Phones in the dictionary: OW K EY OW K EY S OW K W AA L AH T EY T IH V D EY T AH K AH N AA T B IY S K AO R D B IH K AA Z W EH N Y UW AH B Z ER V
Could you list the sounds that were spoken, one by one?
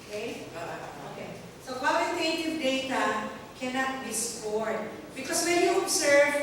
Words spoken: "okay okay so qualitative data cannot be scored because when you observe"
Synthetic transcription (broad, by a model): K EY OW K EY S OW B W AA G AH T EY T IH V D EY T AH K AH N AA T B IY S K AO R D B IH K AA S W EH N Y UW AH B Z ER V